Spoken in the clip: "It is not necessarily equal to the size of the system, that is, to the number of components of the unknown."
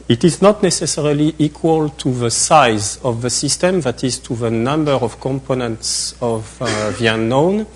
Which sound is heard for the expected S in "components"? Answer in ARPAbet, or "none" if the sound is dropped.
S